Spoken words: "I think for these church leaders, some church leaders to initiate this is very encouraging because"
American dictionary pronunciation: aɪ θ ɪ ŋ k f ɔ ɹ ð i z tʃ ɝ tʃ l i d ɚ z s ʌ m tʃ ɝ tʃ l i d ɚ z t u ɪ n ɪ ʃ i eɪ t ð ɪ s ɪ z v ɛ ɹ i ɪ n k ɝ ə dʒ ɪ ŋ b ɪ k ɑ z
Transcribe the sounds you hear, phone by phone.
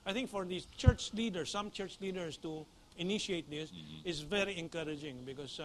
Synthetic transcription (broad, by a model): aɪ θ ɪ ŋ k f ɔ ɹ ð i tʃ ɝ tʃ l i d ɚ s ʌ m tʃ ɝ tʃ l i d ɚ s t u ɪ n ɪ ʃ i eɪ t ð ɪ s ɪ s v ɛ ɹ i ɪ n k ɝ ə dʒ ɪ ŋ b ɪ k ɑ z